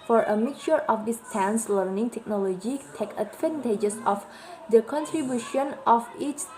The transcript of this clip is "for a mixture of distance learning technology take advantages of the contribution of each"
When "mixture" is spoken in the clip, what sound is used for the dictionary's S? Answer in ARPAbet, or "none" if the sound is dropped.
none